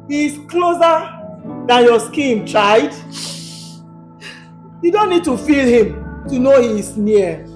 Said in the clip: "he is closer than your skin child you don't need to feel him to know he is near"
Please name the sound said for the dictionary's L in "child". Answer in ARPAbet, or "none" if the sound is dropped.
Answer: none